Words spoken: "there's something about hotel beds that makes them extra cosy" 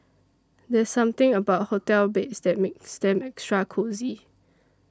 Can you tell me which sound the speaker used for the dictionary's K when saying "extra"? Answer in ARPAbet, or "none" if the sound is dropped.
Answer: K